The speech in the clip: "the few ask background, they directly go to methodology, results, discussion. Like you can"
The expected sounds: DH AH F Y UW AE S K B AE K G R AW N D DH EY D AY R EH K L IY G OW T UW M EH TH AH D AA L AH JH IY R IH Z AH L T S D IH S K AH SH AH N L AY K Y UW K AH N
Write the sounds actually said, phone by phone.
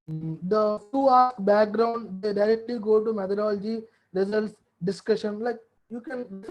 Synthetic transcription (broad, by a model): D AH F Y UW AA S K B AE K G R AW N D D EY D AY R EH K L IY G OW T UW M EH T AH D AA L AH JH IY R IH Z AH L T S D IH S K AH SH AH N L AY K Y UW K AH N